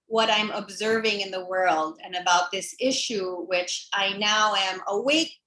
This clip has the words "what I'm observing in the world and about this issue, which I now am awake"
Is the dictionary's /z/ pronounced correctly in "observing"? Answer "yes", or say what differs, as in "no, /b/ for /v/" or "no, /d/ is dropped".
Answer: yes